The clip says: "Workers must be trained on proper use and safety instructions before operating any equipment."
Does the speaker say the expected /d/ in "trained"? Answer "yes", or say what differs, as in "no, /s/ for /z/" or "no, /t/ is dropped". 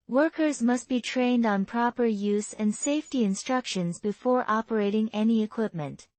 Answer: yes